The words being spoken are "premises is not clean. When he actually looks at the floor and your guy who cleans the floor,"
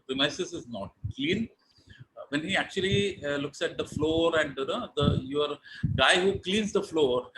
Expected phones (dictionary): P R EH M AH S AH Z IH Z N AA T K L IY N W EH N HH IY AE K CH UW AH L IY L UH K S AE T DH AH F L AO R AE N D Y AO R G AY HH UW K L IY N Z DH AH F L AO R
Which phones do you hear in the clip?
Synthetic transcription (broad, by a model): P R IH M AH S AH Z IH Z N AA T K L IY N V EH N HH IY AE K CH UW AH L IY L UH K S AE T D AH F L AO R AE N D Y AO R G AY HH UW K L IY N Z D AH F L AO R